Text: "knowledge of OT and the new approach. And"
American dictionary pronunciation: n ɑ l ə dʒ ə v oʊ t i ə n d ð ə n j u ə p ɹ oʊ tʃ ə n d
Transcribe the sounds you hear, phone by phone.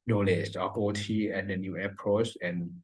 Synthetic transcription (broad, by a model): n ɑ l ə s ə p oʊ t i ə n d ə n j u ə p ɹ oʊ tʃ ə n